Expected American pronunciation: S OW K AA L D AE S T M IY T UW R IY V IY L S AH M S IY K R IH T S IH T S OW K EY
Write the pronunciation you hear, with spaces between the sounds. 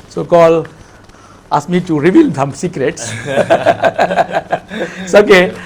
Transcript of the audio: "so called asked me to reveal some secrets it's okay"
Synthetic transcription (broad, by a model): S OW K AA L AA S M IY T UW R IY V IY L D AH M S IY K R IH T S S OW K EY